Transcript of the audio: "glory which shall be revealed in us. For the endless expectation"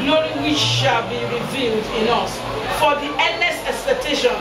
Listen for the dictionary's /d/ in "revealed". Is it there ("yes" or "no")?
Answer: yes